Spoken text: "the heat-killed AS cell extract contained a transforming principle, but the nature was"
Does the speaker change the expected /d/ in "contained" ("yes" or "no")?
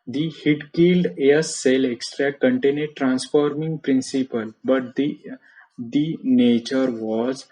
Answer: yes